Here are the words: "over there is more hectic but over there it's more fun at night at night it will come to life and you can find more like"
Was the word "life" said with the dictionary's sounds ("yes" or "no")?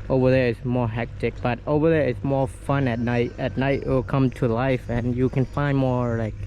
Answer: yes